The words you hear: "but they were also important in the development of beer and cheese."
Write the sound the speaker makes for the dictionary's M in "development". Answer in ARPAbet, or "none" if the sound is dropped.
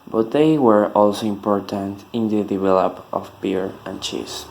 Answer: none